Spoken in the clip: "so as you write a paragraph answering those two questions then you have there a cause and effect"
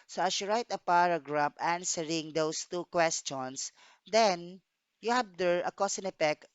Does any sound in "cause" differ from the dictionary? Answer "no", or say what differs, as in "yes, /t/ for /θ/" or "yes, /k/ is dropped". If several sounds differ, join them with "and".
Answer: yes, /s/ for /z/